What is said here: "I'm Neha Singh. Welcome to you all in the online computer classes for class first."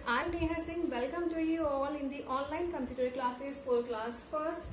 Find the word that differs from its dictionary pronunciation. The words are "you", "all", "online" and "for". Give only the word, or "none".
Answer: for